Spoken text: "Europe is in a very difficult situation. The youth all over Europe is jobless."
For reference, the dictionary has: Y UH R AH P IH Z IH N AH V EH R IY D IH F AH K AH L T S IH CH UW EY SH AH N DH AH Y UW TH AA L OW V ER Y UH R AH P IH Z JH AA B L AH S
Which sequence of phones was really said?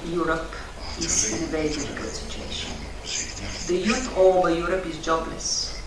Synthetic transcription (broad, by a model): Y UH R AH P IH Z IH N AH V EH IY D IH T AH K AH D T S IH CH UW EY SH AH N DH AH Y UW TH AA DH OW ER Y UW R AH P IH Z JH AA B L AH S